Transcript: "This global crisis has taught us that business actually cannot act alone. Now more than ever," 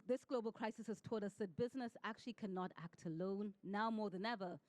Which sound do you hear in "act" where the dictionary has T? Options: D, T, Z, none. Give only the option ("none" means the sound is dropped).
T